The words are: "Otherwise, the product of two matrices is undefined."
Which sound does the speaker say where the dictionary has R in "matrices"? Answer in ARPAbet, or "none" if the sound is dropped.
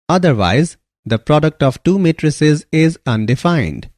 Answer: R